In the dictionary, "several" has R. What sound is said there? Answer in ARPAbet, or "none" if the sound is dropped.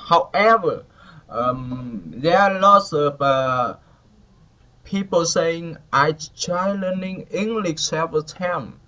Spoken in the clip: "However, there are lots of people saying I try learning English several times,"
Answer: none